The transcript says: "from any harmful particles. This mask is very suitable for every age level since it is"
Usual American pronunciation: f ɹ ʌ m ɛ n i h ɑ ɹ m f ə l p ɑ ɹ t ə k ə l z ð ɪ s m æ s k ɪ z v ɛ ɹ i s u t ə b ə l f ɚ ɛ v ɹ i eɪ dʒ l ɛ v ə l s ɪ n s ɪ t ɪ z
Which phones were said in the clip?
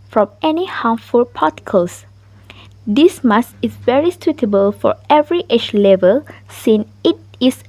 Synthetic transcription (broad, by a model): f ɹ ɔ m ɛ n i h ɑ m f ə l p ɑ t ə k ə l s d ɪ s m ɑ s ɪ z v ɛ ɹ i s u t ə b ə l f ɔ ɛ v ɹ i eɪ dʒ l ɛ v ə l s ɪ n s ɪ t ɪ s